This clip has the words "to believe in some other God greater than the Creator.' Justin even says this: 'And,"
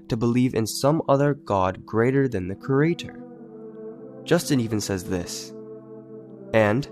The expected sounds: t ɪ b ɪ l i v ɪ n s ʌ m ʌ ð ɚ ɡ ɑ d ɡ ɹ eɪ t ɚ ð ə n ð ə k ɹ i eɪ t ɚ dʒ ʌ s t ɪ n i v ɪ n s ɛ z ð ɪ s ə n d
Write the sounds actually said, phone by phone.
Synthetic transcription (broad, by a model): t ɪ b ɪ l i v ɪ n s ʌ m ʌ ð ɚ ɡ ɑ d ɡ ɹ eɪ t ɚ ð ə n ð ə k ɹ i eɪ t ɚ dʒ ʌ s t ɪ n i v ɪ n s ɛ z ð ɪ s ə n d